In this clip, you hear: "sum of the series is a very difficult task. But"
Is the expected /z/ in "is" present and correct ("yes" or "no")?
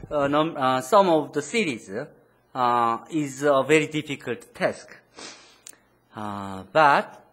yes